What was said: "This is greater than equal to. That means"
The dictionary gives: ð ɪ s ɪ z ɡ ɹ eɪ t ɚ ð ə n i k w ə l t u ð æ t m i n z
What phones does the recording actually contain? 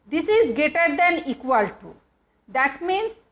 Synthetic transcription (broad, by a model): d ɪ s ɪ z ɡ eɪ t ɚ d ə n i k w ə l t u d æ t m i n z